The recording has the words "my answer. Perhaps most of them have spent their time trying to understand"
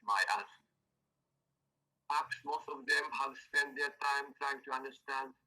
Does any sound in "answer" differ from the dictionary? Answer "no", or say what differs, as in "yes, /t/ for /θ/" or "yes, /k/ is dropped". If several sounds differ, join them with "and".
yes, /n/ is dropped